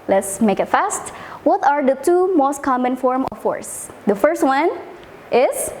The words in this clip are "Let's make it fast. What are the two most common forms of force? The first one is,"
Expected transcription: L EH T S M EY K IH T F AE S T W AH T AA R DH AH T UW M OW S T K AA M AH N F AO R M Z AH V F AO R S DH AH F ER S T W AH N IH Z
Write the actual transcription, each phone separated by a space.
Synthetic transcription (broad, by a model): L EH T S M EY K IH T F AE S T W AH T AA R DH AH T UW M OW S T K AA M AH N F AO R M AH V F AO R S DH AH F ER S T W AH N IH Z